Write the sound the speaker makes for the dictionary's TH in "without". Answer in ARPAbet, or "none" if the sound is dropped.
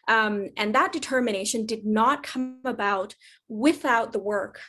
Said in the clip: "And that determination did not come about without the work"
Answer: TH